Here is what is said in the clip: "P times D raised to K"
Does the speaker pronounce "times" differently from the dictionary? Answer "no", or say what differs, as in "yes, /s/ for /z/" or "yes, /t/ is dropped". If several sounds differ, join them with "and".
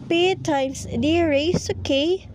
yes, /s/ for /z/